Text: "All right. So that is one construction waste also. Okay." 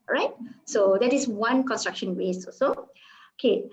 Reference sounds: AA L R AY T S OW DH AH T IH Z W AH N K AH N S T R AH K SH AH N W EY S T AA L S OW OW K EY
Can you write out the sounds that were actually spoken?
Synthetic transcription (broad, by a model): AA R AY T S OW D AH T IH S W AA N K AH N S T R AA K SH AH N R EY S AA S OW OW K EY